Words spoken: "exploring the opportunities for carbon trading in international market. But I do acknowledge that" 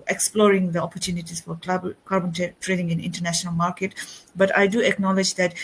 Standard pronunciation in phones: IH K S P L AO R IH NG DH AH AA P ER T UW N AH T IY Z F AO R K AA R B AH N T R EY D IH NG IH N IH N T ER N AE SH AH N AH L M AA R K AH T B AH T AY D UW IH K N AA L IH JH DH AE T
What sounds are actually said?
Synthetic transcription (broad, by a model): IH K S P L AO R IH NG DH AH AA P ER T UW N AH T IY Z F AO R K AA R B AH N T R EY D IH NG IH N IH N T ER N AE SH AH N AH L M AA R K AH T B AH T AY D UW IH K N AA L IH JH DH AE T